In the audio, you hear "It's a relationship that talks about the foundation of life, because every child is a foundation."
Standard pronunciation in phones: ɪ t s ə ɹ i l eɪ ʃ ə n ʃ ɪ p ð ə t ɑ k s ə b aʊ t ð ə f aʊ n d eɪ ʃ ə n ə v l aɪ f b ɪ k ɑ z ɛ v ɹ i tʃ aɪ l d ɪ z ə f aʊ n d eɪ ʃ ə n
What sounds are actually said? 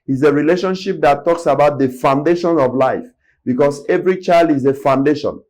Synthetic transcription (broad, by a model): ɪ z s ə ɹ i l eɪ ʃ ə n ʃ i p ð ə t ɑ k s ə b aʊ t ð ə f aʊ n d eɪ ʃ ə n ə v l aɪ f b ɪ k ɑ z ɛ v ɹ i tʃ aɪ l d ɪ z ə f aʊ n d eɪ ʃ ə n